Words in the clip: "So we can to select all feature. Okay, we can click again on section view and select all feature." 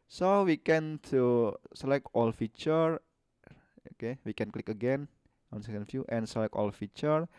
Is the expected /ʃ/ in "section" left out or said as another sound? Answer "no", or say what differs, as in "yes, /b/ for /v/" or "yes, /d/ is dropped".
yes, /ʃ/ is dropped